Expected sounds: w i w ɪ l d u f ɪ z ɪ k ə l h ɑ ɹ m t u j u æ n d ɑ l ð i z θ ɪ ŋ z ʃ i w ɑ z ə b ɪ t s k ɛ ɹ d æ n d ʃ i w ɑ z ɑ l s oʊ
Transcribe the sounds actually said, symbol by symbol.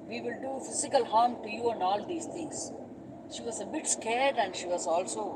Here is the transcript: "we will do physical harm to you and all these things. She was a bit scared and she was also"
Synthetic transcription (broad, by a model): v i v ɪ l d u f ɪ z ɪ k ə l h ɑ ɹ m t u j u æ n d ɑ l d i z t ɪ ŋ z ʃ i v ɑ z ə b ɪ t s k ɛ ɹ d æ n d ʃ i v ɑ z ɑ l s oʊ